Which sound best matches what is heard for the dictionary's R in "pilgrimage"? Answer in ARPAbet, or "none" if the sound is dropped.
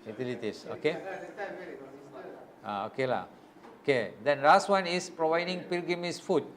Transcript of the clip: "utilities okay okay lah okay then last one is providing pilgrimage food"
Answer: none